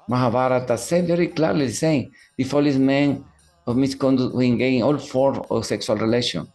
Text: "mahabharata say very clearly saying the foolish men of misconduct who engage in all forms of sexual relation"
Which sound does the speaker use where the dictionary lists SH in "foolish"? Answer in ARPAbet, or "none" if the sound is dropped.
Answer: S